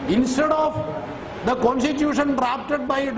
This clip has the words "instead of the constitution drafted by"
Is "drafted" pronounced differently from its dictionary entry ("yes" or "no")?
yes